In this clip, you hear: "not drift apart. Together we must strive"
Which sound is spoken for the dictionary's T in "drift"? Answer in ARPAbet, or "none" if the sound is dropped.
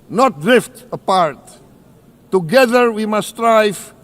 T